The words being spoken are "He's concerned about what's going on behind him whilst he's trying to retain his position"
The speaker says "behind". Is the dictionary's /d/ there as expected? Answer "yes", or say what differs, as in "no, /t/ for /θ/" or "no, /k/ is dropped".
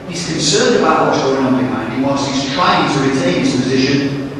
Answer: no, /d/ is dropped